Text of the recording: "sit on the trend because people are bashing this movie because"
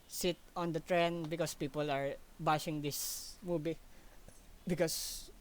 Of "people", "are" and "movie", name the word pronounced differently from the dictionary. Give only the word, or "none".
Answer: movie